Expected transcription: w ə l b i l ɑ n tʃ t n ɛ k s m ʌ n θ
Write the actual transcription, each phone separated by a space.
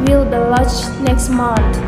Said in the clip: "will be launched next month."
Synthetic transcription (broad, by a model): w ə l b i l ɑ tʃ n ɛ k s m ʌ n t